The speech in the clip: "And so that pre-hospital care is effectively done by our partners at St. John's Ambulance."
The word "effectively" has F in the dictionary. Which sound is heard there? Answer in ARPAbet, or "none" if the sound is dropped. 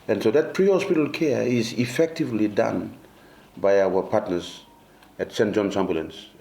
F